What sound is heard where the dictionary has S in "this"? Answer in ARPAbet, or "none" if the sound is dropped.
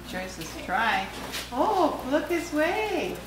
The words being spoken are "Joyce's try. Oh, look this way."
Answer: S